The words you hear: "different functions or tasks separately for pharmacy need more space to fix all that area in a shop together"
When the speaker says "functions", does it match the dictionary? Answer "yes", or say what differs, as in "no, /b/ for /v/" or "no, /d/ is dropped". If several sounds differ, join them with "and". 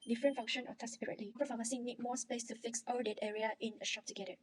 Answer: no, /k/ is dropped and /z/ is dropped